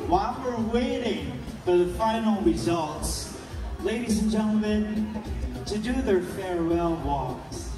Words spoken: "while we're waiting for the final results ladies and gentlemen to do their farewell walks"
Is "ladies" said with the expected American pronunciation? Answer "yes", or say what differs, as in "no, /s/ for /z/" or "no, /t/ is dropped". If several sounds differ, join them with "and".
yes